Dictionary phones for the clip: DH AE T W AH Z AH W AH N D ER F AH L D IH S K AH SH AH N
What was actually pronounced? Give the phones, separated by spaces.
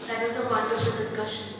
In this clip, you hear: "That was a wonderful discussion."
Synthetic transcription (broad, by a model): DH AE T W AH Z AH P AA D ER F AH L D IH S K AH SH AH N